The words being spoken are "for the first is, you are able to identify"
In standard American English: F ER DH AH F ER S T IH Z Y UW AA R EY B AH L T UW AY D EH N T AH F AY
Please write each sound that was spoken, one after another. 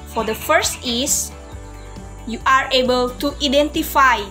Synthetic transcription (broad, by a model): F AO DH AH F ER S T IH S Y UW AA R EY B AH L T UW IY D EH N T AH F AY